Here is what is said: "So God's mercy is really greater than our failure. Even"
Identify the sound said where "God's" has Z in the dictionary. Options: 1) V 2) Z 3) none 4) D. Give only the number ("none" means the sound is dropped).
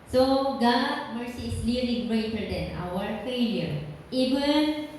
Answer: 3